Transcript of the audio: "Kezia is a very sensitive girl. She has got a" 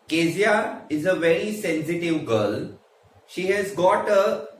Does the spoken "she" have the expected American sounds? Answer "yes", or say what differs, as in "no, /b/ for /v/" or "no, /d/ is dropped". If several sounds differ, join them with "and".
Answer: yes